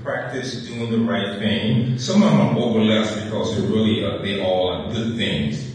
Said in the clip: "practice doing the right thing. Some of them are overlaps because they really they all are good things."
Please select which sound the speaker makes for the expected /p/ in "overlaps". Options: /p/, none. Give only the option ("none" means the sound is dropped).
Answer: none